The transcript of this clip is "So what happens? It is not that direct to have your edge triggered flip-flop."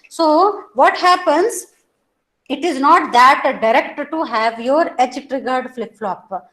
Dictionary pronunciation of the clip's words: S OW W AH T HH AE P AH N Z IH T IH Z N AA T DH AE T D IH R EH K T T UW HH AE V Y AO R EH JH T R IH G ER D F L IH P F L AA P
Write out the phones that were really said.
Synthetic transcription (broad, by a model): S OW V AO T HH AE P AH N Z IH T IH Z N AA T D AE T D IH R EH K T T UW HH AE V Y AO R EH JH T R IH G ER D F L IH P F L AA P